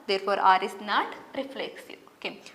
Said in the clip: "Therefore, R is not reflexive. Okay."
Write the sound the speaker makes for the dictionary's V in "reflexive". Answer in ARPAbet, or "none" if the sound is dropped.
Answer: none